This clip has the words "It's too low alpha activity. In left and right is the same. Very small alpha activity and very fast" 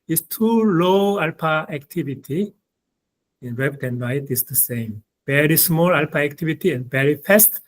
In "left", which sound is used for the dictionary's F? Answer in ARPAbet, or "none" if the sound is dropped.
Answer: P